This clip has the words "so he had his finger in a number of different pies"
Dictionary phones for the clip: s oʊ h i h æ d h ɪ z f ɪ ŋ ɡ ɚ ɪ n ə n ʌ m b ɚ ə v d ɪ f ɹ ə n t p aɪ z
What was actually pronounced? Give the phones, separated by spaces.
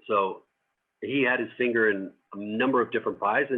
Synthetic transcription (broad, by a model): s oʊ h i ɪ d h ɪ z f ɪ ŋ ɡ ɚ ɪ n ə n ʌ m b ɚ ə v d ɪ f ɹ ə n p aɪ z